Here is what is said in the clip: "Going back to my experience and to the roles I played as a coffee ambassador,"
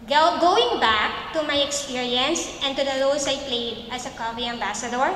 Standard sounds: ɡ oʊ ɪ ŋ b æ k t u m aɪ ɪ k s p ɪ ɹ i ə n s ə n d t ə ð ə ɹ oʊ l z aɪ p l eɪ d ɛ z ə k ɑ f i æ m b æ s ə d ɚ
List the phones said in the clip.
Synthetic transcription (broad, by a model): ɡ oʊ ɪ ŋ b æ k t u m aɪ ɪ k s p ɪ ɹ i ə n s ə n t ə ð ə l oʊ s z aɪ p l eɪ d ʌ s ə k ɑ f i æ m b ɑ s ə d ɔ